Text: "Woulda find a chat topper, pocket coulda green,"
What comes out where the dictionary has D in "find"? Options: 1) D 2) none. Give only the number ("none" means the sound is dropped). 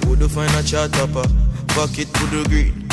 2